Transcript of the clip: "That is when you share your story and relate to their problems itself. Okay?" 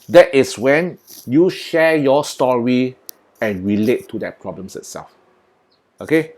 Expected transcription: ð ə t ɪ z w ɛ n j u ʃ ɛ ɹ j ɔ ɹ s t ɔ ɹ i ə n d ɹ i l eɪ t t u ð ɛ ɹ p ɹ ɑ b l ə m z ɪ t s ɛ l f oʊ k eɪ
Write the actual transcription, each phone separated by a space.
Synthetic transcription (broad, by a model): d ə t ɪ s w ɛ n j u ʃ ɛ j ɔ s t ɔ ɹ i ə n ɹ i l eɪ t t u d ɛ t p ɹ ɑ b l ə m s ɪ t s ɛ l f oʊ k eɪ